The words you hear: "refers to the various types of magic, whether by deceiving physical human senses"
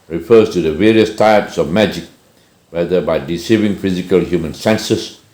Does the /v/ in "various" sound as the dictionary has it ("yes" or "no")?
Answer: yes